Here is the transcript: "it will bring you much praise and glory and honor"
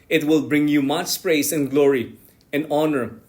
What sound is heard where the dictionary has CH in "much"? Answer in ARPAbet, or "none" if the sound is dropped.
S